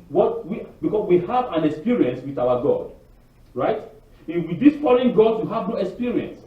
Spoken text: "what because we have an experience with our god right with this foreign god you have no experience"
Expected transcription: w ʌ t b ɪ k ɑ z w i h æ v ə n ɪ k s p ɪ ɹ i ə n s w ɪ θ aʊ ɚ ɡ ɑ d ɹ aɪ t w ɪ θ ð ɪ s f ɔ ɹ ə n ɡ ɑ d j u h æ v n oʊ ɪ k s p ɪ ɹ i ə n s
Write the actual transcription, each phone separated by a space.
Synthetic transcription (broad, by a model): w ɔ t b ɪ k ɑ s w i h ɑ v ə n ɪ k s p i ɹ i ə n s w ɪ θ aʊ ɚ ɡ ɑ d ɹ aɪ t w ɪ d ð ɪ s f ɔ l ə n ɡ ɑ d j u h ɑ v n oʊ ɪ k s p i ɹ i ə n s